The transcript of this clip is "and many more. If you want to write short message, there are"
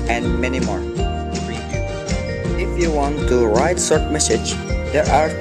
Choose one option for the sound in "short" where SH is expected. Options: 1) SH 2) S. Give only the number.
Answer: 2